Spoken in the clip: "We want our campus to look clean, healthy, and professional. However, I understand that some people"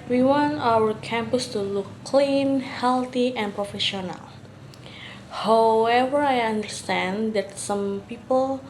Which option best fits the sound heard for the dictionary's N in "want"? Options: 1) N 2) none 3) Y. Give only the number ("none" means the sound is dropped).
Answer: 1